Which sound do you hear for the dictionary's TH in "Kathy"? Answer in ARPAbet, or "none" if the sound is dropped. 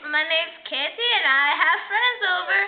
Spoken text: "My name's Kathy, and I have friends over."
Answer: T